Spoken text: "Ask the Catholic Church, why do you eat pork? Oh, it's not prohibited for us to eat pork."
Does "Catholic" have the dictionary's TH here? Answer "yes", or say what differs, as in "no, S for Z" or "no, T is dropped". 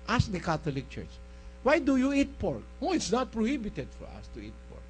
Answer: no, T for TH